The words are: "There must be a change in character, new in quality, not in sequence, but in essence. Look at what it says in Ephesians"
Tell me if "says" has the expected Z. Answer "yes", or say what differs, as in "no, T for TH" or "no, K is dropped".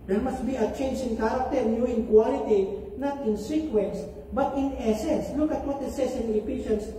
no, S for Z